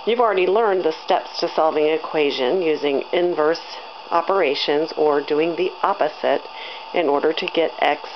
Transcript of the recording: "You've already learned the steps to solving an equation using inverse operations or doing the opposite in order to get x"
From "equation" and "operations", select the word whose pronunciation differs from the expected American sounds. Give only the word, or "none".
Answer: none